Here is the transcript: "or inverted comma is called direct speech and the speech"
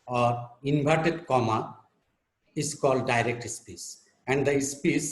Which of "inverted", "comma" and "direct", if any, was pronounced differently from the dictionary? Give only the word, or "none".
inverted